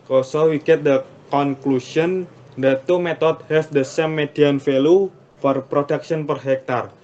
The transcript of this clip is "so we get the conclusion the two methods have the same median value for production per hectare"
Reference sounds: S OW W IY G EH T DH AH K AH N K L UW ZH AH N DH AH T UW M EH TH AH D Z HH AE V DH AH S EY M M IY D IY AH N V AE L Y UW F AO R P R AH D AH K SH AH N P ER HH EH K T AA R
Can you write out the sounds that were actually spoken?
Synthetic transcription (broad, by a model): S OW W IY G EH T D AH K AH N K L UW SH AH N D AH T UW M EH T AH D HH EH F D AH S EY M M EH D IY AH N F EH L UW F AO R P R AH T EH K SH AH N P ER HH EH K T AA R